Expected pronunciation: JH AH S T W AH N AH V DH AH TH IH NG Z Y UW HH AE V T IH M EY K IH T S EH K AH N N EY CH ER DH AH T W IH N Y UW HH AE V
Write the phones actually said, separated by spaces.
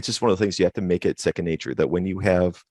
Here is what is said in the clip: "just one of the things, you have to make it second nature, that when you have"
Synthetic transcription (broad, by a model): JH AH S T W AH N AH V DH AH TH IH NG Z Y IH HH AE F T IH M EY K IH T S EH K AH N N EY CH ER DH AH T W IH N Y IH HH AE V